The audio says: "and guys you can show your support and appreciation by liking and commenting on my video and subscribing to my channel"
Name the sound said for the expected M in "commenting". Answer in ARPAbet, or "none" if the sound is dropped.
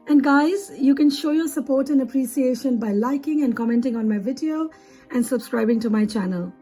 M